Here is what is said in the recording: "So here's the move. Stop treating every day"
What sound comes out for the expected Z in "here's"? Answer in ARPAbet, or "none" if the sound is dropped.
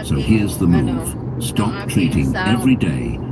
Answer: Z